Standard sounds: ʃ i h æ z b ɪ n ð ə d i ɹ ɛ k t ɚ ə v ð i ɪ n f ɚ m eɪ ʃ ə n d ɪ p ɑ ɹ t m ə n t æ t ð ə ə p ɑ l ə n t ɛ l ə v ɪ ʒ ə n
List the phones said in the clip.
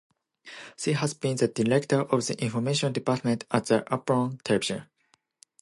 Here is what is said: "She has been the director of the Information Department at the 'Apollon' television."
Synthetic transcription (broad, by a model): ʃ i h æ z b ɪ n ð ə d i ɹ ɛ k t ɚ ə v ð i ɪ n f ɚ m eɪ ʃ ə n d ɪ p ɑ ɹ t m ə n t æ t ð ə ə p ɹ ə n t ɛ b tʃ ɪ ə